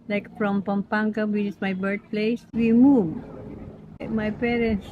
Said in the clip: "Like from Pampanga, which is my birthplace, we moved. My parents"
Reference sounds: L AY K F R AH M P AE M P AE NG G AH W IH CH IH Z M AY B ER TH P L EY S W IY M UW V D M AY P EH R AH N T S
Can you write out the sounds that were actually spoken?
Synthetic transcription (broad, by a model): L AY K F R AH M P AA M P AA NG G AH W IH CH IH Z M AY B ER T P L EY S W IY M UW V M AY P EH R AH N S